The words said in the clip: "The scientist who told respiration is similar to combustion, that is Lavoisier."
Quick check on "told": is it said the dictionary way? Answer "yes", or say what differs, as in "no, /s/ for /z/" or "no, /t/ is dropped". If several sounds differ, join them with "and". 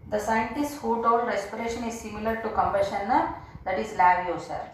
no, /l/ is dropped